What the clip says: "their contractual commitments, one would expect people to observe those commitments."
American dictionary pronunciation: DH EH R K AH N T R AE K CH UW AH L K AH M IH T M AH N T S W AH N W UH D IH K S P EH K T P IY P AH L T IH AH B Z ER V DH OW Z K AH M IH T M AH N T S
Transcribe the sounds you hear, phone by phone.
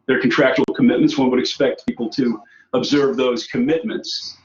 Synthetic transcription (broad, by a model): DH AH R K N T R AE K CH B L K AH M IH T M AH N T S W AH N W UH D IH K S P EH K T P IY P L T IH AH B Z ER V DH OW Z K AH M IH T M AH N T S